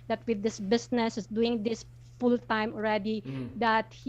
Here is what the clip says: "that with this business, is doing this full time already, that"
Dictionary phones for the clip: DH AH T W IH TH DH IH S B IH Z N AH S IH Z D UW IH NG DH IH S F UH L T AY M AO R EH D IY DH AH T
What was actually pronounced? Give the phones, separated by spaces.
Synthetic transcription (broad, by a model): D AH T W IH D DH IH S B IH S N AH S D UW IH NG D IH S F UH L T AY M AO R EH D IY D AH T